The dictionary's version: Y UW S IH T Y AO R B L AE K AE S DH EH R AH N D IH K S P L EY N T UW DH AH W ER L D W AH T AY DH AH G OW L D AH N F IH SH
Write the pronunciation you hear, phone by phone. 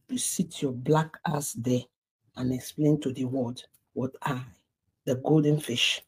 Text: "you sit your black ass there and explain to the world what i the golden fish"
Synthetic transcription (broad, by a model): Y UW S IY T Y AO B L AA K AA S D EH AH N IH K S P L EY N T UW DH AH W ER D W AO T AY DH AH G OW L D AH N F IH SH